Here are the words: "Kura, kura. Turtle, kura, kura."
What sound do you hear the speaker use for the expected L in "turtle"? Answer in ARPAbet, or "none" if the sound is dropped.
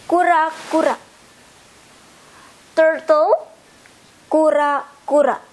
W